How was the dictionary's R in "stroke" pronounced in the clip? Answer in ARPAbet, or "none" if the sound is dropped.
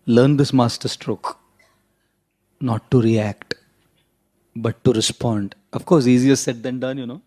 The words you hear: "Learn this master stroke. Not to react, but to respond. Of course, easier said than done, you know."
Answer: R